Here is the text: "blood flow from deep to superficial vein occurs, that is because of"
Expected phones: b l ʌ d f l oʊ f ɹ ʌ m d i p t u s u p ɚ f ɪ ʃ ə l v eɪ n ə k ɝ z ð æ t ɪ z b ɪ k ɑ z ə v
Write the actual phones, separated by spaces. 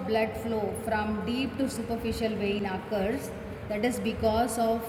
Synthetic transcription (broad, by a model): b l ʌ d f l oʊ f ɹ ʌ m d i p t u s u p ɚ f ɪ ʃ ə l v eɪ n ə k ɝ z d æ t ɪ z b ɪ k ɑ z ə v